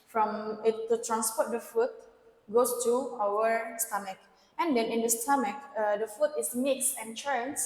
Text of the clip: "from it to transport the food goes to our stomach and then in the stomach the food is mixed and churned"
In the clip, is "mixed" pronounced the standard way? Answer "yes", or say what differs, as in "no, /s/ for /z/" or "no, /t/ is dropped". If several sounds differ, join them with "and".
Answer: no, /t/ is dropped